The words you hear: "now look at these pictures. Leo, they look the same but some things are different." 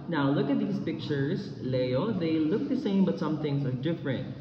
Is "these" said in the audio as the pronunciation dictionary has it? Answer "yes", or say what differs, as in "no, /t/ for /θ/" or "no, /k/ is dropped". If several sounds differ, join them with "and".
no, /s/ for /z/